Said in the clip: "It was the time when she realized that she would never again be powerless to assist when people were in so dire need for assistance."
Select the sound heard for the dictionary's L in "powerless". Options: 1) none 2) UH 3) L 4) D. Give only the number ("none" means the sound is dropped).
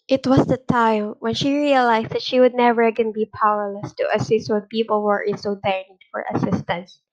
3